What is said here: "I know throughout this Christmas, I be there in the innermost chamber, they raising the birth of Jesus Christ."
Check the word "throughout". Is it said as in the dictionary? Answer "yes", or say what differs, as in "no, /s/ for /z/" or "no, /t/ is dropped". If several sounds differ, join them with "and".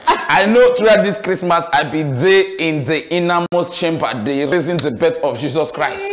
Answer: no, /t/ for /θ/